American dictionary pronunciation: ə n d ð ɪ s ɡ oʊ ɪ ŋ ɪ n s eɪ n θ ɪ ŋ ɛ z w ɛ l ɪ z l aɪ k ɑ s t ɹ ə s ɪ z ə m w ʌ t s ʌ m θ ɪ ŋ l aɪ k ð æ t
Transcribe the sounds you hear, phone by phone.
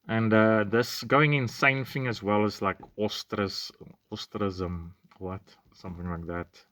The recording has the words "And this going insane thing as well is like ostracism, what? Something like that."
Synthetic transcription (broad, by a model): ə n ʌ ð ɪ s ɡ oʊ ɪ ŋ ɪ n s eɪ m θ ɪ ŋ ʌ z w ɛ l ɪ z l aɪ k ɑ s t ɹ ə s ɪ z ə m w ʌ t s ʌ m θ ɪ ŋ l aɪ k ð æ t